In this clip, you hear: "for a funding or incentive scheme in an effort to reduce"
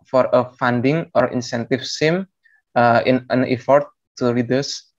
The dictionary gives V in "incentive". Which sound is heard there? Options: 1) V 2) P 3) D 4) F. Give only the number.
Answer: 4